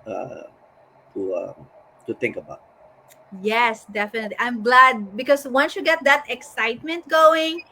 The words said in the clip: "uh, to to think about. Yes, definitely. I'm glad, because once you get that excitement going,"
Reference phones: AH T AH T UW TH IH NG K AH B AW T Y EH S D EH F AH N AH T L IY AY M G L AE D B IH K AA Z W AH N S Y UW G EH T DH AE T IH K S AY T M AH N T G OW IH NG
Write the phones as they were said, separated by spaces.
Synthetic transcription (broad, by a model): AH T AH T UW T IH NG K AH B AW T Y EH S D EH F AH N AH T L IY AY M G L AE D B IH K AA S W AH N S Y UW G EH T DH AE T IH K S AY T M AH N T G OW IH NG